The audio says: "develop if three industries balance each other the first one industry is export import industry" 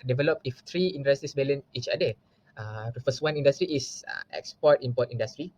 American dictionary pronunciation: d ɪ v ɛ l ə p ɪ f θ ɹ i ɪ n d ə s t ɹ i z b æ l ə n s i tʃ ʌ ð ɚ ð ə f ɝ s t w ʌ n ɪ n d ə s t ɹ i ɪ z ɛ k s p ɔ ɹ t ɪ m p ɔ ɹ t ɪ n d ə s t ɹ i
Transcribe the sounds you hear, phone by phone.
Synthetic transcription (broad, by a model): d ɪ v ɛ l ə p ɪ f t ɹ i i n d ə s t i s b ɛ l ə n i tʃ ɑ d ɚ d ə f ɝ s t w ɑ n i n d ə s t ɹ i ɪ s ɛ k s p ɔ t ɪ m p ɔ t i n d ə s t ɹ i